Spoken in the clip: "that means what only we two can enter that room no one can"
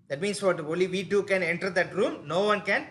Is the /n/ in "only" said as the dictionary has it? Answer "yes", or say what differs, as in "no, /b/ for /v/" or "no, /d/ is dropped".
no, /n/ is dropped